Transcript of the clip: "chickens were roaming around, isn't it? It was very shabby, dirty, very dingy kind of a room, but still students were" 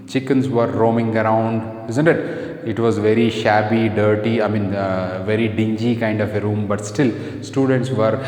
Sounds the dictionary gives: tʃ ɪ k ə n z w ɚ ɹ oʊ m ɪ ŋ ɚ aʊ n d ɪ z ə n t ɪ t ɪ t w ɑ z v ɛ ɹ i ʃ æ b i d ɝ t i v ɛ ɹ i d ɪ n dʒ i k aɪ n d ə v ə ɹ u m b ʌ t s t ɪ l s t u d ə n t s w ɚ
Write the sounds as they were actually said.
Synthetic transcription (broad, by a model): tʃ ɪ k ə n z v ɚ ɹ oʊ m ɪ ŋ ɚ aʊ n d ɪ z ə n t ɪ t ɪ t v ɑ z v ɛ ɹ i ʃ æ b i d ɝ t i v ɛ ɹ i d ɪ n dʒ i k aɪ n d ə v ə ɹ u m b ʌ t s t ɪ l s t u d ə n t s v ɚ